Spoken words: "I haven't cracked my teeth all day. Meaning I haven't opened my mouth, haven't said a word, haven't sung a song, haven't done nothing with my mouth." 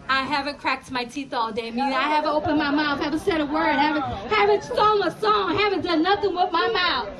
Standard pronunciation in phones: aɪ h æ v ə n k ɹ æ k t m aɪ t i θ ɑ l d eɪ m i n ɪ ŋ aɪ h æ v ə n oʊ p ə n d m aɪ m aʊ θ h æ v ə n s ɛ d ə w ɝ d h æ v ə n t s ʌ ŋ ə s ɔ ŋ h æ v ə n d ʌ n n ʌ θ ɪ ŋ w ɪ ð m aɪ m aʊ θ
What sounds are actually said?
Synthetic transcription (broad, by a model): aɪ h æ v ə n k ɹ æ k t m aɪ t i θ ɑ l d eɪ m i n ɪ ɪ h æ v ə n oʊ p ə n m aɪ m aʊ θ h æ v ə n s ɛ d ə w ɝ d h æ v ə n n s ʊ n ə s ɔ ŋ h æ v ə n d ʌ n n ʌ θ ɪ ŋ w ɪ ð m aɪ m aʊ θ